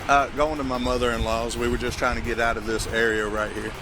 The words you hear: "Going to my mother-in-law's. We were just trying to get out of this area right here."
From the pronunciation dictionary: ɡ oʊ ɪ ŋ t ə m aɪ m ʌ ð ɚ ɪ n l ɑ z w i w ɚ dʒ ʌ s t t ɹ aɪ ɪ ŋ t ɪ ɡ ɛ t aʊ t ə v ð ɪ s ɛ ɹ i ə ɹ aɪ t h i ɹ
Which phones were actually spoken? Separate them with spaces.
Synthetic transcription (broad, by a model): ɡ oʊ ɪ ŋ t ə m aɪ m ʌ ð ɚ ɪ n l ɑ z w i w ɚ dʒ ʌ s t t ɹ aɪ ɪ ŋ t ɪ ɡ ɛ t aʊ t ə v ð ɪ s ɛ ɹ i ə ɹ aɪ t h i ɹ